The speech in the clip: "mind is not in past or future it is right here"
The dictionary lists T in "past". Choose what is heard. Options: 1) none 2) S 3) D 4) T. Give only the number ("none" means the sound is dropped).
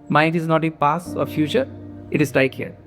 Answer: 1